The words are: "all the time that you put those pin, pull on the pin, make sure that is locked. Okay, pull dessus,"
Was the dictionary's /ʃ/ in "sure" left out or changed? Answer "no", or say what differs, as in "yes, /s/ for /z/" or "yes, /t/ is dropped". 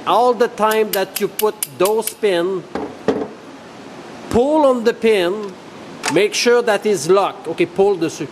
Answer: no